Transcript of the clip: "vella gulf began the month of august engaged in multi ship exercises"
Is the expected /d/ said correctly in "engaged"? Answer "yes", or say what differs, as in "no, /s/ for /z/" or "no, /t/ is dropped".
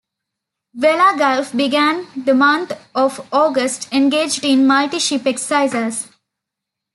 yes